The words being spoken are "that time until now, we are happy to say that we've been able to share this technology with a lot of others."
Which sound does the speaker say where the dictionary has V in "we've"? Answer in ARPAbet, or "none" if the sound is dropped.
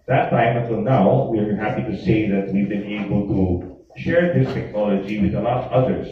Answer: V